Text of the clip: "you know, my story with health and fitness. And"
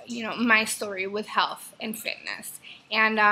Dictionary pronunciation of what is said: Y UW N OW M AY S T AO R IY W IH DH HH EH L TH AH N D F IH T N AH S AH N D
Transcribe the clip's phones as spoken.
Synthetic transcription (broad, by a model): Y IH N OW M AY S T AO R IY W IH DH HH EH L TH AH N F IH T N AH S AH N